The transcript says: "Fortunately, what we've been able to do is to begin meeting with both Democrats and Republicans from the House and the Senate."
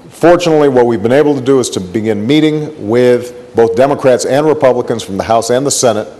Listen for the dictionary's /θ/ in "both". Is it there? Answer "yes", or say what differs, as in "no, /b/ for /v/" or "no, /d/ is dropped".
yes